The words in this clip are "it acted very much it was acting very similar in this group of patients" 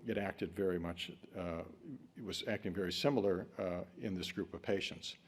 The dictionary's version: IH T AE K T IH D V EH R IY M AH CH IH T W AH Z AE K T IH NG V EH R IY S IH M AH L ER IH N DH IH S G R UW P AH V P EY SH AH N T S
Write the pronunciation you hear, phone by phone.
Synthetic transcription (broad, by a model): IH T AE K T IH D V EH R IY M AH CH IH T W AH Z AE K T IH NG V EH R IY S IH M L ER IH N DH IH S G R UW P AH V P EY SH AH N T S